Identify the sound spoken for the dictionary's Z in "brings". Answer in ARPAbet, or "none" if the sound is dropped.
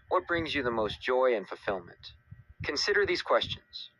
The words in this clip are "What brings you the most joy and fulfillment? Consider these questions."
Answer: Z